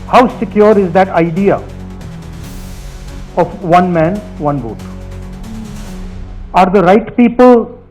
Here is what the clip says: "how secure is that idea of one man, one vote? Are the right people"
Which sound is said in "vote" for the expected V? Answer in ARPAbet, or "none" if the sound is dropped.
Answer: B